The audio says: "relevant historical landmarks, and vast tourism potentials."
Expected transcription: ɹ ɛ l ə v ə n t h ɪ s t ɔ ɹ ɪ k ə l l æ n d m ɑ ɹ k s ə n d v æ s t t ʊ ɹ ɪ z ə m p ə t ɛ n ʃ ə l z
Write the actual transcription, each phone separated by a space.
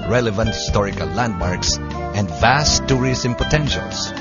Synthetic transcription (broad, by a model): ɹ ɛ l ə v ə n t h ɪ s t ɔ ɹ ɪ k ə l l æ n d m ɑ ɹ k s ə n d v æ s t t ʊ ɹ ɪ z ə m p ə t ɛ n ʃ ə l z